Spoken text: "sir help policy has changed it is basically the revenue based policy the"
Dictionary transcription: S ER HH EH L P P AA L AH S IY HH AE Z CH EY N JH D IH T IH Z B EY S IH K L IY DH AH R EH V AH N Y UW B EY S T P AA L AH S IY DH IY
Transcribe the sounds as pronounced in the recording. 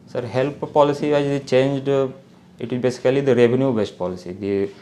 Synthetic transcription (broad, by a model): S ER HH EH L P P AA L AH S IY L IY CH EY N JH D IH T IH Z B EY S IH K L IY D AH R EH V AH N Y UW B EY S T P AA L AH S IY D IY